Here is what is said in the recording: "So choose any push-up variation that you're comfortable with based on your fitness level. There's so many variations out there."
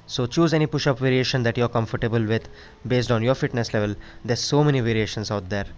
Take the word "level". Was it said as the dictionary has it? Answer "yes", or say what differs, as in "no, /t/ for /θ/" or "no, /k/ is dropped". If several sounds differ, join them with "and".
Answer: yes